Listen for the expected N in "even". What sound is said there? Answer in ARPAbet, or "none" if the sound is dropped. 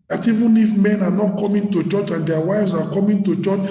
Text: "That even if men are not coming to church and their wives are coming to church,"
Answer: N